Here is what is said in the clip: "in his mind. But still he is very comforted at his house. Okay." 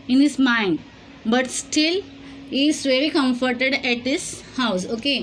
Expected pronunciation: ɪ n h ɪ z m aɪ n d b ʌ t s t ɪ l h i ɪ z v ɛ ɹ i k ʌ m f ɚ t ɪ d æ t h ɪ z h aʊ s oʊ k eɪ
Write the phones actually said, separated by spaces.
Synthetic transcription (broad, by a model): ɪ n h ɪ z m aɪ n d b ʌ t s t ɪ l h i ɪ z v ɛ ɹ i k ʌ m f ɚ t ɪ d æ t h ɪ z h aʊ s oʊ k eɪ